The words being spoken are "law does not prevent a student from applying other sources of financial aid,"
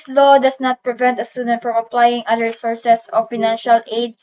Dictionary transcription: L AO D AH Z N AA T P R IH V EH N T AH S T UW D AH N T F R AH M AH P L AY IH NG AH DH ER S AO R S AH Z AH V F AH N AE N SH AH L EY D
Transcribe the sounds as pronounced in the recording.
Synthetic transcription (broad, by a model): L AO D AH S N AA T P R IH V EH N T AH S T UW D AH N T F R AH M AH P L AY IH NG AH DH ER S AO R S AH S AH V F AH N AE N SH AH L EY D